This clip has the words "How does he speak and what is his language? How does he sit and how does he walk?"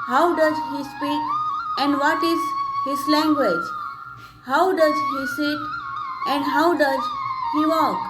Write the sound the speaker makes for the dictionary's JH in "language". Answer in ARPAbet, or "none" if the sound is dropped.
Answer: JH